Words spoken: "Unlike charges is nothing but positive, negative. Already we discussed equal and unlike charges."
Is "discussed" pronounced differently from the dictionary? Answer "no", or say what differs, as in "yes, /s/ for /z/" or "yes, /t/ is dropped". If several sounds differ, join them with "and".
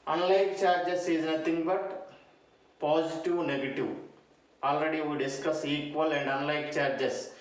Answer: yes, /t/ is dropped